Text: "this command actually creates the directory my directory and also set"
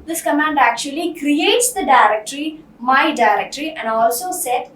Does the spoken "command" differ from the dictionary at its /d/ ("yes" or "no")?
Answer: no